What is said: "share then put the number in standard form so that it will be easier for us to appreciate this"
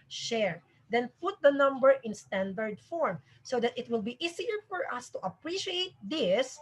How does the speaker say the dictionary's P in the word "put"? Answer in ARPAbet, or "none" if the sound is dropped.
P